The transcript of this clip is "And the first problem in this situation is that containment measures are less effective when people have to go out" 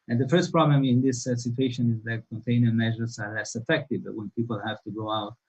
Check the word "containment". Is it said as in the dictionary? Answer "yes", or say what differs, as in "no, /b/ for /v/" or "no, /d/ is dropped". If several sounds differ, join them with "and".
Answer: no, /m/ is dropped